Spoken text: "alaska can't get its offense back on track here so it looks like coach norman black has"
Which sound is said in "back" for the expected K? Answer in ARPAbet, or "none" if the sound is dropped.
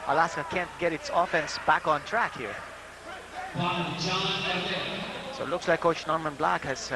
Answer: K